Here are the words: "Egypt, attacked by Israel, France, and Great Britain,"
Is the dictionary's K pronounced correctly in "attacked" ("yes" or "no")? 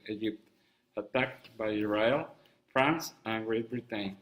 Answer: yes